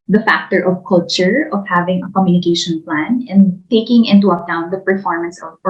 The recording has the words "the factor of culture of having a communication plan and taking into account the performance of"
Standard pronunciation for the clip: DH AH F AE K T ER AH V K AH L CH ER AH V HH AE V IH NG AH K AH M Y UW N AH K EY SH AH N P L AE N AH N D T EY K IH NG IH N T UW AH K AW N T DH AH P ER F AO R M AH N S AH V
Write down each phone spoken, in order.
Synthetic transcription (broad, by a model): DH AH F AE K T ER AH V K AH L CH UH AH V HH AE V IH NG AH K AH M Y UW N AH K EY SH AH N P L AE N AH N T EY K IH NG IH N T UW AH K AW N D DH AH P ER F AO R M AH N S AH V